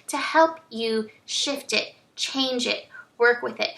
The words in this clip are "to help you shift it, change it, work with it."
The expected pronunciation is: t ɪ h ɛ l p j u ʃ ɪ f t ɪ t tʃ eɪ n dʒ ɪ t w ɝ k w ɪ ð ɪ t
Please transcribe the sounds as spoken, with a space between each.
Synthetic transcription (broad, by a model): t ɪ h ɛ l p j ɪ ʃ ɪ f t ɪ t tʃ eɪ n dʒ ɪ t w ɝ k w ɪ ð ɪ t